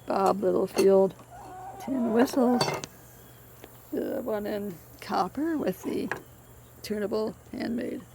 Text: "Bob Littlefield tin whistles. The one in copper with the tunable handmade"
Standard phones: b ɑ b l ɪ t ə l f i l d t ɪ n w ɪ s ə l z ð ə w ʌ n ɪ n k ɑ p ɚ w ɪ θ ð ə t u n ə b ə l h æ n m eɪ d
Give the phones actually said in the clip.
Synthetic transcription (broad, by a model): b ɑ b l ɪ t l f i l d t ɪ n w ɪ s l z ð ə w ʌ n ɪ n k ɑ p ɚ w ɪ ð ə t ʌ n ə b l h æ n m eɪ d